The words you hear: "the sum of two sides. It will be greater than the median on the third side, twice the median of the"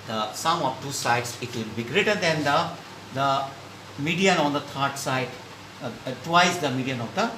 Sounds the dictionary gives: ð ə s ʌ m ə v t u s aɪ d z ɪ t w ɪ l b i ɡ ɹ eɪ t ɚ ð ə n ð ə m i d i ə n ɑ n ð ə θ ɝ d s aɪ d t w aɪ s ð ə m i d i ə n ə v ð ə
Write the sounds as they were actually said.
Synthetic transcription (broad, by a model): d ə s ʌ m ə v t u s aɪ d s ɪ t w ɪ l b i ɡ ɹ eɪ t ɚ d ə n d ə m i d i ə n ɑ n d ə t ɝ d s aɪ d t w aɪ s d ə m i d i ə n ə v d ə